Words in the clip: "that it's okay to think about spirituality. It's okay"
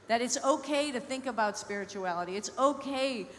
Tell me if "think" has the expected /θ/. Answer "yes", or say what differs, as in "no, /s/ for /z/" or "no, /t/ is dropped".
yes